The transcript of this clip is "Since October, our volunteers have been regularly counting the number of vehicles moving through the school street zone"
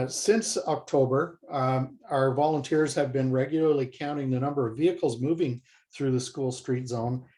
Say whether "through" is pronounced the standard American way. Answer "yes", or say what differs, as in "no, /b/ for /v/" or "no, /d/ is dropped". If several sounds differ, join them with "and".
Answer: yes